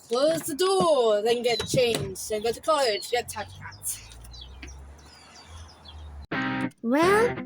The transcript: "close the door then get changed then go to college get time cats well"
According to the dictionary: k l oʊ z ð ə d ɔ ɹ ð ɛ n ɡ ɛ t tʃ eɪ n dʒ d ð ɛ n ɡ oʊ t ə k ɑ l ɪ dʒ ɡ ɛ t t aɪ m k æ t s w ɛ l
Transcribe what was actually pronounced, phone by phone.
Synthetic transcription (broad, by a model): k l oʊ z ð ə d ɔ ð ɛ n ɡ ɛ t tʃ eɪ n dʒ d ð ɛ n ɡ oʊ t ə k ɑ l ɪ dʒ ɡ ɛ t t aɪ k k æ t w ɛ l